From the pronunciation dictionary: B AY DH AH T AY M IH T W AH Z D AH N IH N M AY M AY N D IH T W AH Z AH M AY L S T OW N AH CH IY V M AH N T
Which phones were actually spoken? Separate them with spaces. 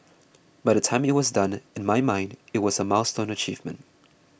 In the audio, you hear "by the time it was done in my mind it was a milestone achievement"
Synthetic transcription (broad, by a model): B AY DH AH T AY M IH T W AH Z D AH N IH N M AY M AY N D IH T W AH Z AH M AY L S T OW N AH CH IY V M AH N T